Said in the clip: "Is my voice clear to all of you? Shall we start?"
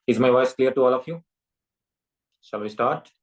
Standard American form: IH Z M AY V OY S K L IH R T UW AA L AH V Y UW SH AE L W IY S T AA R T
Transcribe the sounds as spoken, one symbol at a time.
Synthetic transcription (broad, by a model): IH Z M AY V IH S K L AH R T UW AA L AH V Y UW S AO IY S T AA R T